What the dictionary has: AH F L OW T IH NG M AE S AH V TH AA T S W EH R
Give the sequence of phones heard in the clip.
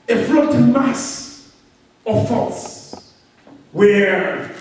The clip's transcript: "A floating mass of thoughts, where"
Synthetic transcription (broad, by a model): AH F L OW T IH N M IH S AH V F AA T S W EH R